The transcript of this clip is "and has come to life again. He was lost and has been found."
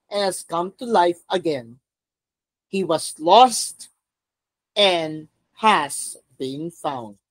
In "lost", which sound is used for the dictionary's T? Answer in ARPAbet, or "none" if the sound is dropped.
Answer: T